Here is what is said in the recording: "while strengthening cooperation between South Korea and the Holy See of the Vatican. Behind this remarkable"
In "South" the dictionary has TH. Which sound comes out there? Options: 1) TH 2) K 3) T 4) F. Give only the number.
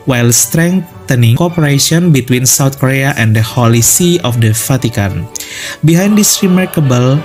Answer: 3